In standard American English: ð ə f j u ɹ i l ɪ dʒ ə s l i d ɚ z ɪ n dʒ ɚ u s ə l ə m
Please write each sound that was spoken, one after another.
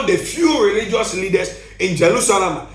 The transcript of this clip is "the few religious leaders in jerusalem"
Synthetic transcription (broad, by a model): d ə f j u ɹ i l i dʒ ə s l i d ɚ s ɪ n dʒ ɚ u s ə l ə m